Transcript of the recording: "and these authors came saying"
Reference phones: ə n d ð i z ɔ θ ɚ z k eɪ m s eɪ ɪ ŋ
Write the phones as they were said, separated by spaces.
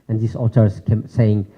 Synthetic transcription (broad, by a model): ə n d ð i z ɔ t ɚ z k eɪ m s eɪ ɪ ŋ